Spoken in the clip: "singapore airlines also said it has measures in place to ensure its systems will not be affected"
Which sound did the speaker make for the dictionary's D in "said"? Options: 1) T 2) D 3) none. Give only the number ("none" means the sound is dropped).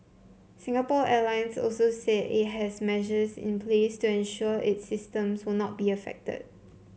3